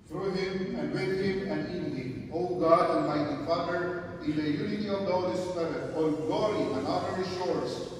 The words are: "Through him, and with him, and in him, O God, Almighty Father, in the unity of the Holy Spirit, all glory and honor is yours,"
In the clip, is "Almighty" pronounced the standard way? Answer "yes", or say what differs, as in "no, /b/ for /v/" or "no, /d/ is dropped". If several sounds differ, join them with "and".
no, /n/ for /l/